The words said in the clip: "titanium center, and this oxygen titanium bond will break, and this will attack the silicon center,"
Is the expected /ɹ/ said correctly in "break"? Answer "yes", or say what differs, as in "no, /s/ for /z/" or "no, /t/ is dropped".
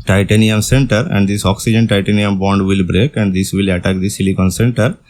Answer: yes